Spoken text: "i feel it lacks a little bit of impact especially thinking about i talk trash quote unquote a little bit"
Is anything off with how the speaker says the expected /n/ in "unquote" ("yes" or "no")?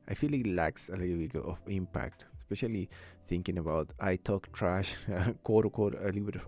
yes